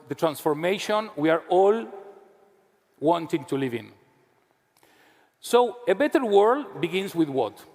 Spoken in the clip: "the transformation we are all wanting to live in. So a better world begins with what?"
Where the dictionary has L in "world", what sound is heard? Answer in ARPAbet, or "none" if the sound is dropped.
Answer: L